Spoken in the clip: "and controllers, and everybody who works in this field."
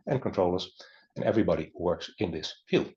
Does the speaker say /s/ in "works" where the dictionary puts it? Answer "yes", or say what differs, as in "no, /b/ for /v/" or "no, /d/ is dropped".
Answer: yes